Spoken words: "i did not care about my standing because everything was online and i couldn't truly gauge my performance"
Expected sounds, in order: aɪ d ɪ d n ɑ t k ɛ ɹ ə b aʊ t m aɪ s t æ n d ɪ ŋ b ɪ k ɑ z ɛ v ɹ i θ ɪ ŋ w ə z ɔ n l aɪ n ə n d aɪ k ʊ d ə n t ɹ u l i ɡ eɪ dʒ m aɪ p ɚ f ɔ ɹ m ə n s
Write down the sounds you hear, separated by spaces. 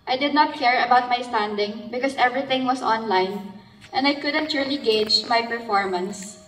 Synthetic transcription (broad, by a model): aɪ d ɪ d n ɑ t k ɛ ɹ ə b aʊ t m aɪ s t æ n d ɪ ŋ b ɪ k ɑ s ɛ v ɹ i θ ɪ ŋ w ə s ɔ n l aɪ n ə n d aɪ k ʊ d ə n t ɹ u l i ɡ eɪ dʒ m aɪ p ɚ f ɔ ɹ m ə n s